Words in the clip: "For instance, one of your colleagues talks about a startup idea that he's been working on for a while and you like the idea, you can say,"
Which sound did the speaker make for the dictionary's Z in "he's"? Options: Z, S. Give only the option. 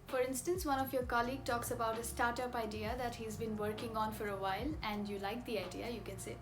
Z